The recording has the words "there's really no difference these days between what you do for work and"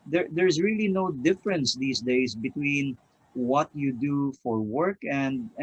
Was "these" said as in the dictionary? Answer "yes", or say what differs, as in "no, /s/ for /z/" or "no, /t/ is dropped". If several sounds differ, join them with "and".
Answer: no, /s/ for /z/